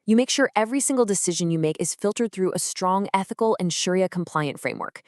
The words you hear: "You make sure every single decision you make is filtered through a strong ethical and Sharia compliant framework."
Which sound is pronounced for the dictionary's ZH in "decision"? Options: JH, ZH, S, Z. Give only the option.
ZH